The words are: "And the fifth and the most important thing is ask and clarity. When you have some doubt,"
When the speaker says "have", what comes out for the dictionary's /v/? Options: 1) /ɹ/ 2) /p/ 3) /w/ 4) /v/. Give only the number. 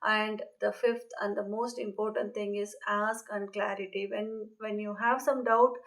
4